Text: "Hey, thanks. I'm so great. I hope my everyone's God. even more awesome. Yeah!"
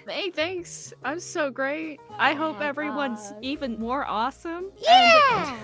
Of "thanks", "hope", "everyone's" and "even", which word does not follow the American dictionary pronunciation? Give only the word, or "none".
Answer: none